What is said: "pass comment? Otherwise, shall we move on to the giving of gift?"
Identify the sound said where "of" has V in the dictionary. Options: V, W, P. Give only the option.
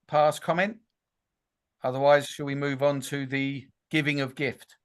V